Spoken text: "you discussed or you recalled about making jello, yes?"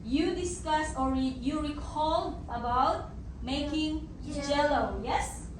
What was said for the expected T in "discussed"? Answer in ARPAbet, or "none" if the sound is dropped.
none